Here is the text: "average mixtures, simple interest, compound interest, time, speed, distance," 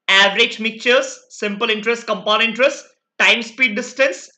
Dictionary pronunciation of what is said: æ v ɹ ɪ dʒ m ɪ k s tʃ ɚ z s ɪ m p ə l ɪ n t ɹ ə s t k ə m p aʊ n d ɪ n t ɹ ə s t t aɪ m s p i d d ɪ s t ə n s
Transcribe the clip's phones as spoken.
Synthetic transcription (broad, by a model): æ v ɹ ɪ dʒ m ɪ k tʃ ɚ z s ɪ m p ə l ɪ n t ɹ ə s t k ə m p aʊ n ɪ n t ɹ ə s t t aɪ m s p i d d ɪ s t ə n s